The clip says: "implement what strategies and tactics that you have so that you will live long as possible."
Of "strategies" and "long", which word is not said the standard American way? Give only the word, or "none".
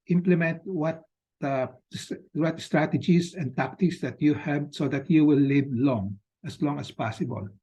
strategies